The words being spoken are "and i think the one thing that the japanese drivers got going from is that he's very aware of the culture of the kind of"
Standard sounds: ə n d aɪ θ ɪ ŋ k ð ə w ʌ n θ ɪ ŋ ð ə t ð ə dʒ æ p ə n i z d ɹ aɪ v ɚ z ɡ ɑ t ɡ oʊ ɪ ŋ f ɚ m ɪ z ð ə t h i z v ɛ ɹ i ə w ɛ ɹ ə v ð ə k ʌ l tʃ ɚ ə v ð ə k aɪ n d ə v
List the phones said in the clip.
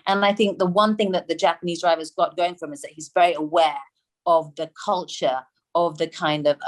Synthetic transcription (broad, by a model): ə n aɪ θ ɪ ŋ k ð ə w ʌ n θ ɪ ŋ ð ə t ð ə dʒ æ p ə n i z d ɹ aɪ v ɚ z ɡ ɑ t ɡ oʊ ɪ ŋ f ɚ m ɪ z ð ə t h i z v ɛ ɹ i ə w ɛ ɹ ə v ð ə k ʌ l tʃ ɚ ə v ð ə k aɪ n d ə v